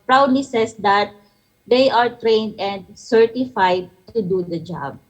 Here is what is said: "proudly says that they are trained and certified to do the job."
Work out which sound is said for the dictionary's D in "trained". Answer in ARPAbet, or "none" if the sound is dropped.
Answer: D